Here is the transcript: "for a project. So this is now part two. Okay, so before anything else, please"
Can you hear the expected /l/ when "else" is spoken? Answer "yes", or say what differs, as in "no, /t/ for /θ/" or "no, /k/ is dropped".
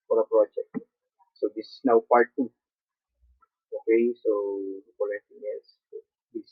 no, /l/ is dropped